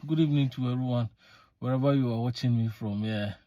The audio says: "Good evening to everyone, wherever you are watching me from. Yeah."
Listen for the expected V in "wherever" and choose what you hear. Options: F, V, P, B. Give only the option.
B